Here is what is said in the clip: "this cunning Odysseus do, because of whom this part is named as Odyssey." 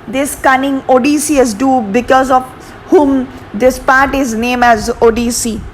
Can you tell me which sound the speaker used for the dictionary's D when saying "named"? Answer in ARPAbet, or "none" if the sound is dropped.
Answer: none